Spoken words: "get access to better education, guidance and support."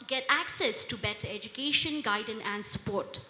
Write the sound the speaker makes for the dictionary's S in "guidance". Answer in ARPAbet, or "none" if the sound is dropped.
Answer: none